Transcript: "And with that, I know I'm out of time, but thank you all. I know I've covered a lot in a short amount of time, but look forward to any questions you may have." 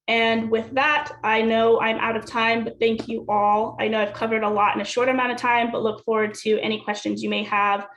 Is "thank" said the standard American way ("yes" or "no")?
yes